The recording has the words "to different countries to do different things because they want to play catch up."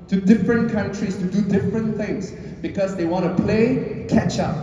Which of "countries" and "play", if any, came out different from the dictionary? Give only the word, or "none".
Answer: countries